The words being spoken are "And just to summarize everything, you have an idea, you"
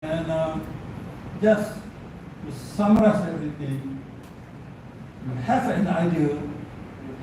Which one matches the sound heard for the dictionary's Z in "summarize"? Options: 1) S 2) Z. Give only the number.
1